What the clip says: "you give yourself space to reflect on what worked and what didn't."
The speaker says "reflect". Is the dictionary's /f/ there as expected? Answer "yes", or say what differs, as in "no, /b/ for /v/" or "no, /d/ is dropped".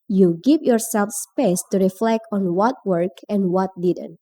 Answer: yes